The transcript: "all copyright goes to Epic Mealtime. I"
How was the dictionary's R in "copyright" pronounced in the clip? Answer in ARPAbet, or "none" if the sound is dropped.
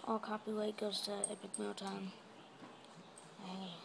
W